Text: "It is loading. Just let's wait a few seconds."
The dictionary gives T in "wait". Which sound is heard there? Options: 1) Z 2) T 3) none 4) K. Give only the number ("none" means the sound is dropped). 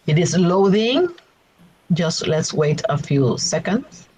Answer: 2